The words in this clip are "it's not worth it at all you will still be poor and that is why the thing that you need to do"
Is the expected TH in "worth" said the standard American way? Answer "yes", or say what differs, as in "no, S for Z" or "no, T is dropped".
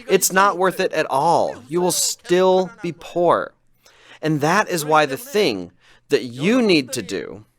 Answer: yes